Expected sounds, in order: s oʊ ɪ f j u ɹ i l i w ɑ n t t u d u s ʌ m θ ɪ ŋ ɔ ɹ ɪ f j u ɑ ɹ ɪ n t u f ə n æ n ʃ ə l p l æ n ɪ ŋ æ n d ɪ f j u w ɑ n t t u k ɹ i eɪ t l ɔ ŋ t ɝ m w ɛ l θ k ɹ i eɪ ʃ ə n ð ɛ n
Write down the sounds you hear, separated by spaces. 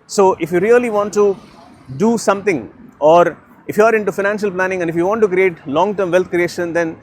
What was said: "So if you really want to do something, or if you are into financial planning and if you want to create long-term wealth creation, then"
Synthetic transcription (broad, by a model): s oʊ ɪ f j u ɹ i l i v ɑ n t t u d u s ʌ m t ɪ ŋ ɔ ɹ ɪ f j u ɑ ɹ ɪ n t u f ə n æ n ʃ ə l p l æ n ɪ ŋ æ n d ɪ f j u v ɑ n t t u k ɹ i eɪ t l ɔ ŋ t ɝ m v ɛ l t k ɹ i eɪ ʃ ə n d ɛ n